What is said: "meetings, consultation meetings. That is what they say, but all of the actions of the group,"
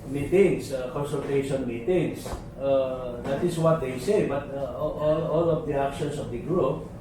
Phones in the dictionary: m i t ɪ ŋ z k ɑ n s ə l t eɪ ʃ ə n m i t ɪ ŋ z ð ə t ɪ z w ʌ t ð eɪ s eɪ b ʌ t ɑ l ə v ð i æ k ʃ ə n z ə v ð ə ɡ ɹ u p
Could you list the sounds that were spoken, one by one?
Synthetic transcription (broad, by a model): m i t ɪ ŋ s k ɑ n s ə l t eɪ ʃ ə n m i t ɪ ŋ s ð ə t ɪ s w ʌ t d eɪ s eɪ b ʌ t ɑ l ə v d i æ k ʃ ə n s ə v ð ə ɡ ɹ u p